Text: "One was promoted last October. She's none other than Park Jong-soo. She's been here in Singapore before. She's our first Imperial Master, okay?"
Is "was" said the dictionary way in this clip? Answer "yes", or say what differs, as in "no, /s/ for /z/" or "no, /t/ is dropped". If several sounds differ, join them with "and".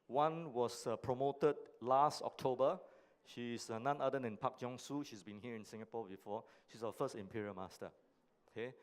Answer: no, /s/ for /z/